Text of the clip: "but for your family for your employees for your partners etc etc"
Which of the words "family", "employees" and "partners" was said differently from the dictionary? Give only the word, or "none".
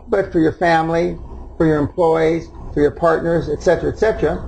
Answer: none